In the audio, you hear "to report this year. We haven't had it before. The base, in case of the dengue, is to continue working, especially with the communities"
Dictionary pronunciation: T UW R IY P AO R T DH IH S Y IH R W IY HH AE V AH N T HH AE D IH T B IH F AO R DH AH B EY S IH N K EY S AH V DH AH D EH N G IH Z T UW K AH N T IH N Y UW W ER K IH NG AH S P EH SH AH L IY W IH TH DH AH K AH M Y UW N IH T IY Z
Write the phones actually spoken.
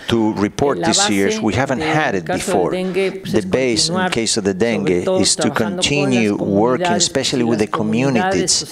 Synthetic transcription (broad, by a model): T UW R IY P AO R T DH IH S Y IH R W IY HH AE V AH N T HH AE D IH T B IH F AO R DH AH B EY IH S K EY S AH V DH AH D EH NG G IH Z T UW K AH N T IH N Y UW W ER K IH NG AH S P EH SH AH L IY W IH DH AH K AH M Y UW N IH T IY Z